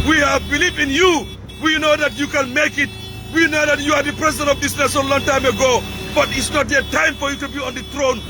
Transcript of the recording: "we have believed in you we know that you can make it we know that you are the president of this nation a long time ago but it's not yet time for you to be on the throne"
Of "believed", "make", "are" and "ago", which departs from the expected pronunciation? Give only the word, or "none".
believed